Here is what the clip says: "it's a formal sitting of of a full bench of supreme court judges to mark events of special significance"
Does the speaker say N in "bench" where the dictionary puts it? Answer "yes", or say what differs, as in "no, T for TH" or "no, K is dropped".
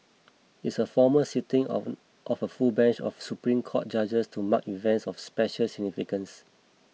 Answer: yes